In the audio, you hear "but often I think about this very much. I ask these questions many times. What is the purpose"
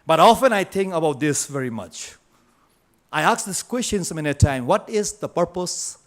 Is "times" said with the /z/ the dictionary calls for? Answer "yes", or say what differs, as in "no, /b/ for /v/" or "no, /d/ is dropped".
no, /z/ is dropped